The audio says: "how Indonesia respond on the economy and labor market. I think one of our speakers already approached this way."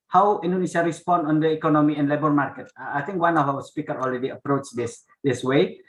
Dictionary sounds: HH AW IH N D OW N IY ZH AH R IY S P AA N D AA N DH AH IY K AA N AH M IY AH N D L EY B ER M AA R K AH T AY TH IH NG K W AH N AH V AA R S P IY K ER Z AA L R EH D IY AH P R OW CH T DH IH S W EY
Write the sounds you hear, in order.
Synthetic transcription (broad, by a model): HH AW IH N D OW N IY SH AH R IY S P AA N D AA N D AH IY K AA N AH M IY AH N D L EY B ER M AA R K AH T AY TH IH NG K W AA N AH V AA W S P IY K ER AA L R EH D IY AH P R OW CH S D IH S W EY